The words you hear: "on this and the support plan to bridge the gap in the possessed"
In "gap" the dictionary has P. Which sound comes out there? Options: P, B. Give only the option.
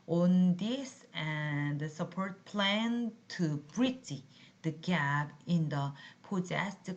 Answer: B